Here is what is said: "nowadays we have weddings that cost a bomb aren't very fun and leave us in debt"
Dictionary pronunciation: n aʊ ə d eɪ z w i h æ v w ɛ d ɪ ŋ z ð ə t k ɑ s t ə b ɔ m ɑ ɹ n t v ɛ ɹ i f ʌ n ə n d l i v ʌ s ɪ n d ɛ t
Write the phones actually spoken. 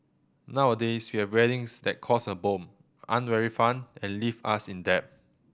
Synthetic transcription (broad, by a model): n aʊ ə d eɪ s w i h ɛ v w ɛ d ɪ ŋ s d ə t k ɑ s ə b ɔ m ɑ n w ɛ ɹ i f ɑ n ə n l i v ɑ s ɪ n d ɛ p